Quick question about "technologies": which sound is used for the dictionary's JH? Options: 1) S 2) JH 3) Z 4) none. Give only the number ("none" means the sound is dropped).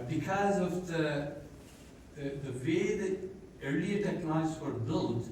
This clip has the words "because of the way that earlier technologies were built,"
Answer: 4